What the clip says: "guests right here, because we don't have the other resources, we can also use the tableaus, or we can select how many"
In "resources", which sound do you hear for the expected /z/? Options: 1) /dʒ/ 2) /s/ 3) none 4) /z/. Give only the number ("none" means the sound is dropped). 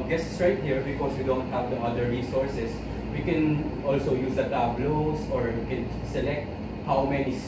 2